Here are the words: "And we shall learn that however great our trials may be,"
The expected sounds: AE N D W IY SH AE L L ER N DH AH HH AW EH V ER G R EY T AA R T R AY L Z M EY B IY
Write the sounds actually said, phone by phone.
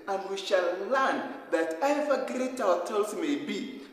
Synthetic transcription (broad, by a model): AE N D W IY SH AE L L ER N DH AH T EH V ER G R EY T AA L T AY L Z M EY B IY